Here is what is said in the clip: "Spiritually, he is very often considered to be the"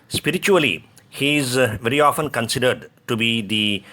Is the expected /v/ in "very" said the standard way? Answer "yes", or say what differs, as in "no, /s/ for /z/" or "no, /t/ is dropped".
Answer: yes